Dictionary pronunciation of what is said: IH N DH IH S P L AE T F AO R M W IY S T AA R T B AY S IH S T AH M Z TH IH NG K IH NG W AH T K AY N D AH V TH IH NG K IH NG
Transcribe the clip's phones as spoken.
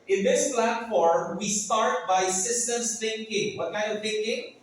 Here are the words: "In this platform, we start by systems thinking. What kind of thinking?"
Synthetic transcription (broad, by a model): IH N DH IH S P L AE T F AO R M W IY S T AA R T B AY S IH S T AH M S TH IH NG K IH NG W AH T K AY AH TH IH NG K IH NG